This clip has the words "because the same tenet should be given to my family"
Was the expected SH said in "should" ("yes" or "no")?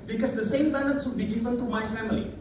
no